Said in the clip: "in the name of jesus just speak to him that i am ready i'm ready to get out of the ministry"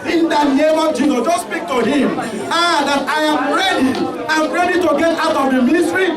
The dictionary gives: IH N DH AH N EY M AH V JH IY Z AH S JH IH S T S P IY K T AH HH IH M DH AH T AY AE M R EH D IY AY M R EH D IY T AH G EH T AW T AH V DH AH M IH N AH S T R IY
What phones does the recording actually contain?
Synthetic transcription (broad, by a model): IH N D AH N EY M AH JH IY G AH JH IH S S P IY K T AH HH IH M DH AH T AY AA M R EH D IY AY M R EH D IY T AH G EH T AW T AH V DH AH M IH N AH S T R IY